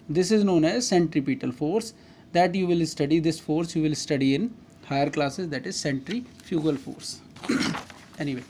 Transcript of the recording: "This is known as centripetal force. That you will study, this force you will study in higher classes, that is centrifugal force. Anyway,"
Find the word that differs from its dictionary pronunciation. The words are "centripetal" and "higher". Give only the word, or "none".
none